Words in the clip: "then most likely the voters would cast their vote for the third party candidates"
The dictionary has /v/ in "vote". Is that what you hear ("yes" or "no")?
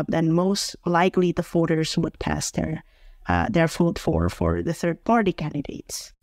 no